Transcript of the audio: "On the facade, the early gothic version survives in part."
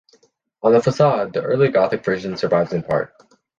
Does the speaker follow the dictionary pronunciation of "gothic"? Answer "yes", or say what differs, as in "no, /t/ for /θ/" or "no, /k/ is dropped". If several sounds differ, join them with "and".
yes